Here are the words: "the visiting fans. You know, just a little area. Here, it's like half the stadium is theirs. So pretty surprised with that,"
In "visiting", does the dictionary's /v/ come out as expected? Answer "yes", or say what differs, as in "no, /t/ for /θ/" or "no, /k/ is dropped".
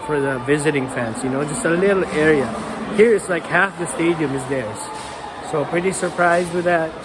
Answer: yes